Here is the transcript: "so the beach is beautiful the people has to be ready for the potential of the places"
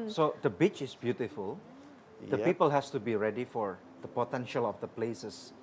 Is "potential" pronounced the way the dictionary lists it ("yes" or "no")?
yes